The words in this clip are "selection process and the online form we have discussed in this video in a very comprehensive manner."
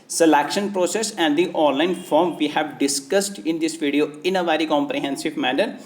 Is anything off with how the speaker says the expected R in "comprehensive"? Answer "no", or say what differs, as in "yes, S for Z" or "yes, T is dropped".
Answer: no